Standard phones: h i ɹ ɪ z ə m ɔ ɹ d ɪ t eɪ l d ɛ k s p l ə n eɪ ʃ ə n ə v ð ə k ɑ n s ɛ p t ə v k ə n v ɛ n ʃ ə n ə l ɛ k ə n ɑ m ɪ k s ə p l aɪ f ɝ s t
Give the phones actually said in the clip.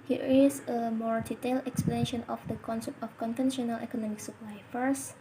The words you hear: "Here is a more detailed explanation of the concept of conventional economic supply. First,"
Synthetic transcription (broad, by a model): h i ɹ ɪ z ə m ɔ ɹ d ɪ t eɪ l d ɛ k s p l ə n eɪ ʃ ə n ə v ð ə k ɑ n s ɛ p t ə f k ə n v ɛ n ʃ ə n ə l ɛ k ə n ɑ m ɪ k s ə p l aɪ f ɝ s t